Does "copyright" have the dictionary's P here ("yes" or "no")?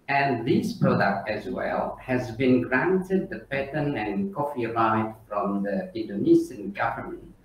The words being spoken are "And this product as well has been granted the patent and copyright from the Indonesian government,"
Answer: no